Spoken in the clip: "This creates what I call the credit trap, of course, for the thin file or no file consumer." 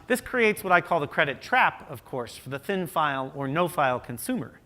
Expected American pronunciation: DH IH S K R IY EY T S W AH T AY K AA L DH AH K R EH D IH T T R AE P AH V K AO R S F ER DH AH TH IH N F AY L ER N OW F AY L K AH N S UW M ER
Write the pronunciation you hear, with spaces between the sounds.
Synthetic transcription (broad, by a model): DH IH S K R IY EY T S W AH T AY K AA L DH AH K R EH D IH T T R AE P AH V K AO R S F ER DH AH TH IH N F AY L ER N OW F AY L K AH N S UW M ER